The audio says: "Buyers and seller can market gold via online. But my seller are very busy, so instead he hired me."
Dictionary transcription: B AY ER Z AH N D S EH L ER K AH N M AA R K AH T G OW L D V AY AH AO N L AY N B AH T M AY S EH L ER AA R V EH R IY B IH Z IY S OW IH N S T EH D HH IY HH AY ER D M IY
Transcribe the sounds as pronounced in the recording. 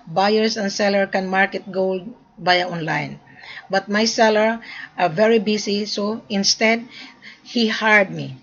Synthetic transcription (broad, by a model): B AY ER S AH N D S EH L ER K AH N M AA R K AH T G OW L D B AY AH AO N L AY N B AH T M AY S EH L ER AA R V EH R IY B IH S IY S OW IH N S T EH D HH IY HH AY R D M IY